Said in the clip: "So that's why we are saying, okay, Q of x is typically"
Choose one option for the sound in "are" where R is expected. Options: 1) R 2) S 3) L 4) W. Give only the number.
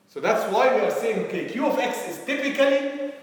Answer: 1